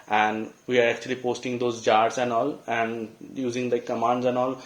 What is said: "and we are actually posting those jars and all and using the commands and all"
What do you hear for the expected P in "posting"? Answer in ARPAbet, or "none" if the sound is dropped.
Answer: P